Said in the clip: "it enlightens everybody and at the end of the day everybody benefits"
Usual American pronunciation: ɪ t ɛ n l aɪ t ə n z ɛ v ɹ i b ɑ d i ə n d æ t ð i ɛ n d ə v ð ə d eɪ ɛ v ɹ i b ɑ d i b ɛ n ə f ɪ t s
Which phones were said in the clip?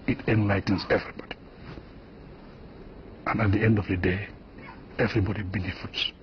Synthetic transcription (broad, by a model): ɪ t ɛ n l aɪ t n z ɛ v ɹ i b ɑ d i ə n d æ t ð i ɛ n d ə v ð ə d eɪ ɛ v ɹ i b ɑ d i b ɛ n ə f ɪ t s